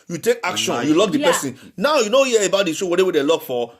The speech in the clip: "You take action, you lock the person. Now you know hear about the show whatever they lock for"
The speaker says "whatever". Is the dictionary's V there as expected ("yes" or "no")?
no